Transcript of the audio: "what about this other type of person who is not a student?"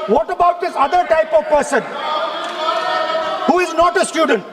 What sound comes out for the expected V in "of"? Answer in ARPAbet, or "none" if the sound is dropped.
V